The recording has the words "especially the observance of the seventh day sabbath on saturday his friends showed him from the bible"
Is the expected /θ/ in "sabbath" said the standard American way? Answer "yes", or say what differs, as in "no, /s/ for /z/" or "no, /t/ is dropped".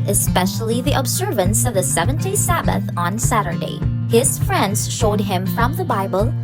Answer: yes